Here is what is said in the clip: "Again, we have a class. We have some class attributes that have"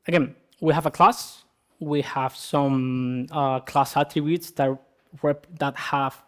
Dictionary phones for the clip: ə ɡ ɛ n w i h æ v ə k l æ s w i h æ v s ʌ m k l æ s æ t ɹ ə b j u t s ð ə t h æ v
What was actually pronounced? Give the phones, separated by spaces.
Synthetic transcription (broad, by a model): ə ɡ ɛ n w i h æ v ə k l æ s w i h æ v s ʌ m k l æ s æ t ə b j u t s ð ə t h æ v